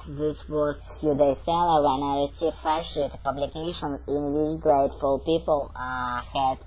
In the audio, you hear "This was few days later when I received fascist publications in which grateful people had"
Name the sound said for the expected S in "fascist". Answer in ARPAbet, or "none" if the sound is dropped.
none